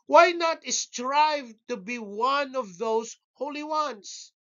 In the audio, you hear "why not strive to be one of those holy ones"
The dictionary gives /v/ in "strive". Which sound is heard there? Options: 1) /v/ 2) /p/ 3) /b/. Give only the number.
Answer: 1